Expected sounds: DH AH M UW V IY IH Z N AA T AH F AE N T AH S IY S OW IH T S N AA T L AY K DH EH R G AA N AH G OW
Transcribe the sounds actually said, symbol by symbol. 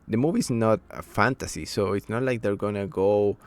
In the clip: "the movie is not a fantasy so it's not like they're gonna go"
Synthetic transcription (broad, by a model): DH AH M UW V IY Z N AA T AH F AE N T AH S IY S OW IH T S N AA T L AY K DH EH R G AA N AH G OW